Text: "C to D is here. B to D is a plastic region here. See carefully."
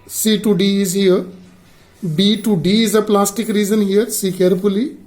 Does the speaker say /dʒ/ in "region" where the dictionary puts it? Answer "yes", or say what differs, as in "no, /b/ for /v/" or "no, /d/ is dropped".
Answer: no, /z/ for /dʒ/